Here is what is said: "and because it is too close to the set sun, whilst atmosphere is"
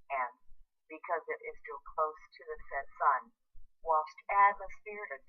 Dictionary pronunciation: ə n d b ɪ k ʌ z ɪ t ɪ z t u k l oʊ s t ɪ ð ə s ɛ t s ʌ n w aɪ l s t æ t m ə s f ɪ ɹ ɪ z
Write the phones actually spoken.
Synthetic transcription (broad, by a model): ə n b ɪ k ʌ z ɪ t ɪ z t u k l oʊ s t ɪ ð ə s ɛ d s ʌ n w aɪ l s t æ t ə s p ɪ ɹ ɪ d